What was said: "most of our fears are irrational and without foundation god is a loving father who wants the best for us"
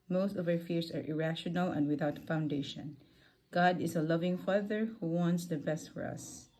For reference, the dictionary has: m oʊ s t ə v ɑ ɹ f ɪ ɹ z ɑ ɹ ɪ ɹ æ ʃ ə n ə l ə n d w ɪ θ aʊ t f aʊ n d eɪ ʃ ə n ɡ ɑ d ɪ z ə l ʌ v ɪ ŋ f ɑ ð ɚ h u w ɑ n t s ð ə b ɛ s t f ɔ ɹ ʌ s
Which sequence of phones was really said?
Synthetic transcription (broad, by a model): m oʊ s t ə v ɑ ɹ f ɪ ɹ s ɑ ɹ ɪ ɹ æ ʃ ə n ə l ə n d w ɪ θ aʊ t f aʊ n d eɪ ʃ ə n ɡ ɑ d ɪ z ə l ʌ v ɪ ŋ f ɑ ð ɚ h u w ɑ n t s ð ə b ɛ s t f ɔ ɹ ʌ s